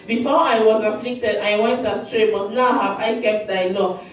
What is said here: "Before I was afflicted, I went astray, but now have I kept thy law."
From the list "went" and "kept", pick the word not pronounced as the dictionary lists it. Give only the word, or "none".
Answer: none